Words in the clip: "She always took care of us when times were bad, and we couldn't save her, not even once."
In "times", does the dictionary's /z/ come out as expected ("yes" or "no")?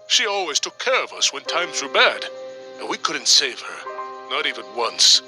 yes